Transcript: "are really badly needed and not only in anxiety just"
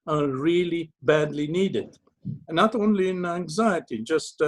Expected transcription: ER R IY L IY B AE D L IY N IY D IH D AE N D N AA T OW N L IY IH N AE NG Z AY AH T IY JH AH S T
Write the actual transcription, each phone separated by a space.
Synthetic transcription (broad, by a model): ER R IY L IY B AE D L IY N IY D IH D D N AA T OW N L IY IH N AE NG Z AY AH T IY JH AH S T